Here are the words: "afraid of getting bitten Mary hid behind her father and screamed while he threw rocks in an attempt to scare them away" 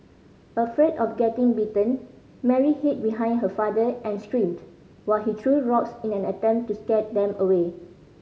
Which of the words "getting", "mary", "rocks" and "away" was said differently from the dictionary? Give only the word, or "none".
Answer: none